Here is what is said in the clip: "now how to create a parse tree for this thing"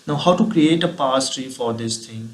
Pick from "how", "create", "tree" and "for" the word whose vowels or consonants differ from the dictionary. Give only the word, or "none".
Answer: none